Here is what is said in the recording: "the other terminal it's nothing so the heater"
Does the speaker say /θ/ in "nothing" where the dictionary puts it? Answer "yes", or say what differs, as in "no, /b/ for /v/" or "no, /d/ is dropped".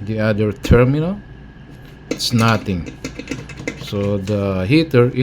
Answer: no, /t/ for /θ/